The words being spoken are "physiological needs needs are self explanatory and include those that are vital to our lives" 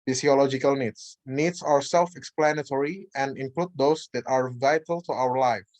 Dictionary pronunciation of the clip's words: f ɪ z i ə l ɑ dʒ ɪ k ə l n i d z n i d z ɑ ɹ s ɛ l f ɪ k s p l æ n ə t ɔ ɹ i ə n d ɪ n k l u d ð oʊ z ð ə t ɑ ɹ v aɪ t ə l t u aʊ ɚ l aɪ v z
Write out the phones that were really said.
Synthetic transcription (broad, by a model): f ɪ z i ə l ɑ dʒ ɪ k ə l n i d s n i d s ɑ ɹ s ɛ l f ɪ k s p l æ n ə t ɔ ɹ i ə n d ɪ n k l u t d oʊ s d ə t ɑ ɹ v aɪ t ə l t u aʊ ɚ l aɪ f